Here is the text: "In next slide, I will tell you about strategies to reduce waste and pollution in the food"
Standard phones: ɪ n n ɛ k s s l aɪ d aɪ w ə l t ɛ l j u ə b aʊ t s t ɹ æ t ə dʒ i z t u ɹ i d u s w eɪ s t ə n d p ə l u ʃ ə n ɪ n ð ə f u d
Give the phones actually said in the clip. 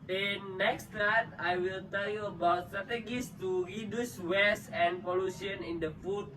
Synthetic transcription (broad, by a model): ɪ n n ɛ k s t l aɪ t aɪ w ə l t ɛ l j u ə b aʊ t s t ɹ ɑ t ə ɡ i s t u ɹ i d u s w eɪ s ə n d p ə l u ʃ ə n ɪ n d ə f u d